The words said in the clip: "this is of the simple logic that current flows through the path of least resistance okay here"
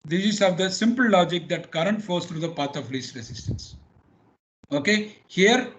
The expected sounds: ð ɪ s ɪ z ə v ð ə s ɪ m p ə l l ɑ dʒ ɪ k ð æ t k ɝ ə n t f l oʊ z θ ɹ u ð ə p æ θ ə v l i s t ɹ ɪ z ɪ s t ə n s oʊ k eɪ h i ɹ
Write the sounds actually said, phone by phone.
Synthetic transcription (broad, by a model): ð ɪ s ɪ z ə v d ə s ɪ m p ə l l ɑ dʒ ɪ k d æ t k ɝ ə n t f oʊ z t ɹ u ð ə p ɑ t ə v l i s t ɹ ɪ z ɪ s t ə n s oʊ k eɪ h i ɹ